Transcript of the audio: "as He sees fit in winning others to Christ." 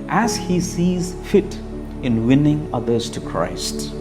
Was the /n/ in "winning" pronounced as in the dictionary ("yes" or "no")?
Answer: yes